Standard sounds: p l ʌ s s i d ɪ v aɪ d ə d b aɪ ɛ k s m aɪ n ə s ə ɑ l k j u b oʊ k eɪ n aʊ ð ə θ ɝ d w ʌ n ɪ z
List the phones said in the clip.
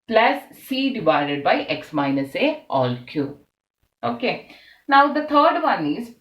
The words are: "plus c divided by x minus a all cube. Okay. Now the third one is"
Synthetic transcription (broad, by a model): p l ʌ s s i d ɪ v aɪ d ə d b aɪ ɛ k s m aɪ n ə s ə ɑ l k j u oʊ k eɪ n aʊ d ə t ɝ d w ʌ n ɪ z